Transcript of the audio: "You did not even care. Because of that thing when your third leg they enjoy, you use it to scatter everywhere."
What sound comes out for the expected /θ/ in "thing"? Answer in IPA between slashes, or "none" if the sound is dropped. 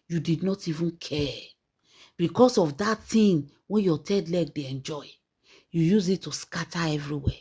/t/